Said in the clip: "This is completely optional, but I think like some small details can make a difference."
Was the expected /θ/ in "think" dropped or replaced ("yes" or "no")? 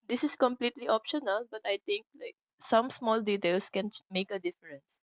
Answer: yes